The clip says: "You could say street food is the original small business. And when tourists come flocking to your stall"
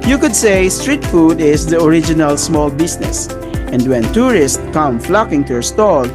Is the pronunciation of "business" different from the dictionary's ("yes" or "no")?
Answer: yes